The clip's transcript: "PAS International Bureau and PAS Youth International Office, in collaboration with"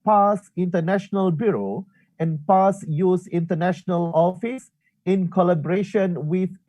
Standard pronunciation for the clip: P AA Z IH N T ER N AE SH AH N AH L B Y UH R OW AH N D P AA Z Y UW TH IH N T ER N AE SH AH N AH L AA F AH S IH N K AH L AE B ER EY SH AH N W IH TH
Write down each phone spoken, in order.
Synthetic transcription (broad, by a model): P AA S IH N T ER N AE SH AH N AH L B Y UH R OW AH N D P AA S Y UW S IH N T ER N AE SH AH N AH L AA F AH S IH N K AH L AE B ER EY SH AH N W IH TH